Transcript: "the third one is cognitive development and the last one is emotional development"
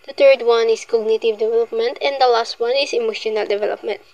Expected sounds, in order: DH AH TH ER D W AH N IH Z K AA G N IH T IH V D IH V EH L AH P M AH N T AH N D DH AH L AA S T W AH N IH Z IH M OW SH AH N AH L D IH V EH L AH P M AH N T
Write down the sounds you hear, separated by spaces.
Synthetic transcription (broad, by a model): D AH T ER D W AH N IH S K AA G N IH T IH V D IH V EH L AH P M AH N T AH N D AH L AA S T W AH N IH S IH M OW SH AH N AH L D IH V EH L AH P M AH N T